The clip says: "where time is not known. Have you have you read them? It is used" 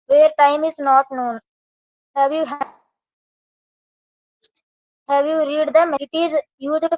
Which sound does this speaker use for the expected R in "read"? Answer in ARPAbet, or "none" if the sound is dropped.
R